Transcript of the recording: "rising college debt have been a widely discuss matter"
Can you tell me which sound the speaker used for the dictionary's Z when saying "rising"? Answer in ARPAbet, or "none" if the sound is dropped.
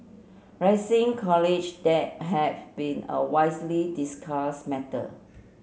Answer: S